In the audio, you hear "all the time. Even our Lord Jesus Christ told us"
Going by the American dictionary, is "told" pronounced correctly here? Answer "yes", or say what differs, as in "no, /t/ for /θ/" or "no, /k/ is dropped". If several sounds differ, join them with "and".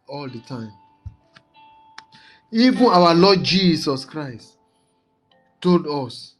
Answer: yes